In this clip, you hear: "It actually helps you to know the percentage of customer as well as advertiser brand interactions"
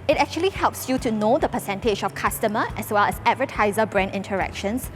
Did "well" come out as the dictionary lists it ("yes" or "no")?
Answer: yes